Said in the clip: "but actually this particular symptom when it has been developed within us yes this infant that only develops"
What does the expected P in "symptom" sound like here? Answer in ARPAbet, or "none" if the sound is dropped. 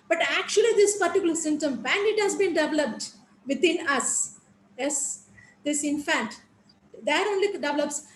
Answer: none